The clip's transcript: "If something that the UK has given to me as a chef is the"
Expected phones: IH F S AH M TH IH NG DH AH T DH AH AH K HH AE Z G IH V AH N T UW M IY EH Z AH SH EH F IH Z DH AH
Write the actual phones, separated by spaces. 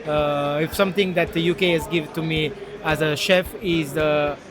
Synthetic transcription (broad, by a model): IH F S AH M T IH NG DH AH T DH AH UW K HH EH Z G IH V AH N T UW M IY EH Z AH SH EH F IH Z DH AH